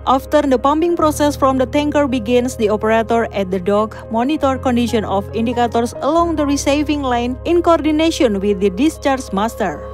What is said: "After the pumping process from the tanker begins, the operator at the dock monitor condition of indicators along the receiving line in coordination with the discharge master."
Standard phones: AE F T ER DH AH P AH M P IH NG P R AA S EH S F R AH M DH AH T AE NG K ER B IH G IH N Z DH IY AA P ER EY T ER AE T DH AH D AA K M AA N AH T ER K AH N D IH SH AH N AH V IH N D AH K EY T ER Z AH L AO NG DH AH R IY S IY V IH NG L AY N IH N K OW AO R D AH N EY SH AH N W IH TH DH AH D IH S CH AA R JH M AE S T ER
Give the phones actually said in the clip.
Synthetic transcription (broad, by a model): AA F T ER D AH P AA M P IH NG P R AA S EH S F R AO M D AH T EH NG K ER B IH G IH N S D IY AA P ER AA T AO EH T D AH D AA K M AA N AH T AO K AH N D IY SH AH N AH F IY N D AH K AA T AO S AH L AO NG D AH R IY S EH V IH NG L AY N IH N K OW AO R D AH N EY AH N W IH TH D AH D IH S CH AA R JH M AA S T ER